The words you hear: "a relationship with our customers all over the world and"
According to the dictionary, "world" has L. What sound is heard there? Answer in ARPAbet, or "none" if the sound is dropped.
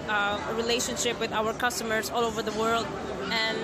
L